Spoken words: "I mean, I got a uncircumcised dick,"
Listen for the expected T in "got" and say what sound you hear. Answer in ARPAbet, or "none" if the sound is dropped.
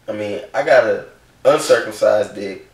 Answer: T